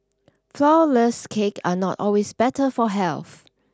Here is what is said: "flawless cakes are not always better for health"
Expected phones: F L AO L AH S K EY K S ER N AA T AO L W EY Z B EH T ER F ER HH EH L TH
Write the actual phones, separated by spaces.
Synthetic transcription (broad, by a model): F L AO L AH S K EY K AA N AA T AO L W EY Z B EH T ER F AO HH EH L TH